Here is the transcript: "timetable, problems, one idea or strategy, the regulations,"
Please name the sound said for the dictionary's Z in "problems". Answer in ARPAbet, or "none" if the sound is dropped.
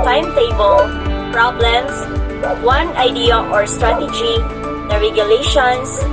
S